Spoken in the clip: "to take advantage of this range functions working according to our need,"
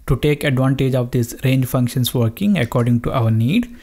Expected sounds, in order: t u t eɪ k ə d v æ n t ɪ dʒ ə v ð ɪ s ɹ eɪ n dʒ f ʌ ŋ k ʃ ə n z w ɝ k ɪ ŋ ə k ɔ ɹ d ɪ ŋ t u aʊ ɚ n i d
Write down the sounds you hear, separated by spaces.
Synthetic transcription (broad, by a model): t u t eɪ k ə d v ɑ n t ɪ dʒ ə v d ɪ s ɹ eɪ n dʒ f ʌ ŋ k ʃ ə n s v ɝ k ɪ ŋ ə k ɔ ɹ d ɪ ŋ t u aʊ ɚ n i d